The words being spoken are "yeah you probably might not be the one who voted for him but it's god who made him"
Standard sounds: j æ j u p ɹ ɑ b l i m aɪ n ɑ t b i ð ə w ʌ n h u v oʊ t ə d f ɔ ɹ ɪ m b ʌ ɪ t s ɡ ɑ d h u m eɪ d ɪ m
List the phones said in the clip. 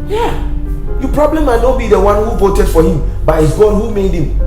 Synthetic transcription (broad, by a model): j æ j u p ɹ ɑ b l i m aɪ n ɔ b i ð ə w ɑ n h u v oʊ t ə d f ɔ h ɪ m b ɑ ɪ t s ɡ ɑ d h u m eɪ d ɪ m